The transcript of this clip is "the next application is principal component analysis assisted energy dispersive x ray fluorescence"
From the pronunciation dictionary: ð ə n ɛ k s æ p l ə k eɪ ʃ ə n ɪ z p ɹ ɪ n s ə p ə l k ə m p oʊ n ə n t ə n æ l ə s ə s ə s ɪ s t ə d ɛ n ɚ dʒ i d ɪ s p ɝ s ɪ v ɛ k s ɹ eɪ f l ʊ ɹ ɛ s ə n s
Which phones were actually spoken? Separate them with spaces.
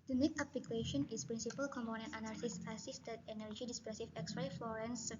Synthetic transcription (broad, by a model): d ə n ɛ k ɑ p l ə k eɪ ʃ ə n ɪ s p ɹ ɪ n s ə p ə l k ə m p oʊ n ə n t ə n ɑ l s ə s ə s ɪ s t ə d ɛ n ɚ dʒ i d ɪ s p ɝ s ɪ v ɛ k s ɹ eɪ f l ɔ ɹ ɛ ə n s